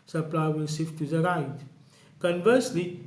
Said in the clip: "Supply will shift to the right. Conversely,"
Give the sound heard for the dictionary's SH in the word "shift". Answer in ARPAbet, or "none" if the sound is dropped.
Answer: S